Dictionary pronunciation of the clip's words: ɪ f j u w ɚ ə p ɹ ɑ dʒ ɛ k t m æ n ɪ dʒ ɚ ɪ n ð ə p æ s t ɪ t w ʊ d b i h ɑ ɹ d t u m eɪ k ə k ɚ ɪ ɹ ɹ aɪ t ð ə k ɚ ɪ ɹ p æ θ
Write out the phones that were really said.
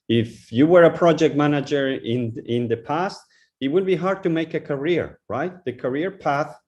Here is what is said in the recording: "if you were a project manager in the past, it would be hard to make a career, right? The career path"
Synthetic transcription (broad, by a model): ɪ f j u w ɚ ə p ɹ ɑ dʒ ɛ k t m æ n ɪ dʒ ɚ ɪ n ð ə p æ s t ɪ t w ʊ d b i h ɑ ɹ d t u m eɪ k ə k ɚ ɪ ɹ ɹ aɪ t ð ə k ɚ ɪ ɹ p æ θ